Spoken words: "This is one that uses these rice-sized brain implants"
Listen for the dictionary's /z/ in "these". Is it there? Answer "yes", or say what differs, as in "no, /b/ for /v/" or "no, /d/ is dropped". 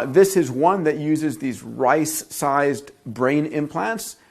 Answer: yes